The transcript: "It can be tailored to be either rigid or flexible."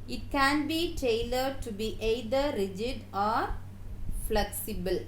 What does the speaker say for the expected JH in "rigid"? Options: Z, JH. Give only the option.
JH